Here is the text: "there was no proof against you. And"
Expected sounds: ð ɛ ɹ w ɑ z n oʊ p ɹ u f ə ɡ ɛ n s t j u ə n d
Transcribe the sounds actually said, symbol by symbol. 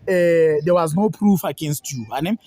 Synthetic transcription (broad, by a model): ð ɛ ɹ w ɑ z n oʊ p ɹ u f ə ɡ ɛ n s t j u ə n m